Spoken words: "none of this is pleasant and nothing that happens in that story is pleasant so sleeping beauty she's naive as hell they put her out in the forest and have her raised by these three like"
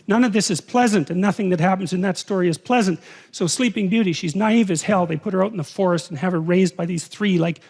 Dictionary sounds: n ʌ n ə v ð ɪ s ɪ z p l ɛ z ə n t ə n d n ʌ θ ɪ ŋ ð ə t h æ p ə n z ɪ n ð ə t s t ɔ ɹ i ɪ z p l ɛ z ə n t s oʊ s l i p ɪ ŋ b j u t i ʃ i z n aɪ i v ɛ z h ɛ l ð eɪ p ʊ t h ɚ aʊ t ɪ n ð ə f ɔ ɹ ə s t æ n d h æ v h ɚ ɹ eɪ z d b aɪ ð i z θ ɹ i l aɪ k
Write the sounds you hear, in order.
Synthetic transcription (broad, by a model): n ʌ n ə v ð ɪ s ɪ z p l ɛ z ə n t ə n n ʌ θ ɪ ŋ ð ə t h æ p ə n z ɪ n ð ə t s t ɔ ɹ i ɪ z p l ɛ z ə n t s oʊ s l i p ɪ ŋ b j u t i ʃ i z n aɪ i v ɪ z h ɛ l ð eɪ p ʊ t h ɚ aʊ t n ð ə f ɔ ɹ ə s t n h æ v ɚ ɹ eɪ z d b aɪ ð i z θ ɹ i l aɪ k